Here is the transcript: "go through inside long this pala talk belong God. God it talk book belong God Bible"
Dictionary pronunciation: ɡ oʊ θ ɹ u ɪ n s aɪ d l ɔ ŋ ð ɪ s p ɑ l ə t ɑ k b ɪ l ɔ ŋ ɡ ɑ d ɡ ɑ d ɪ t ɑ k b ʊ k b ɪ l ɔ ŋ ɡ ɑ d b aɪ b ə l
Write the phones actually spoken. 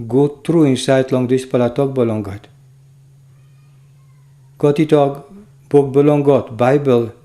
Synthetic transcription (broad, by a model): ɡ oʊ t ɹ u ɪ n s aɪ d l ɔ ŋ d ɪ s p ɑ l ə t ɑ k b ɪ l ɔ ŋ ɡ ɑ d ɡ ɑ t ɪ t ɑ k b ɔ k b ɪ l ɔ ŋ ɡ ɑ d b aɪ b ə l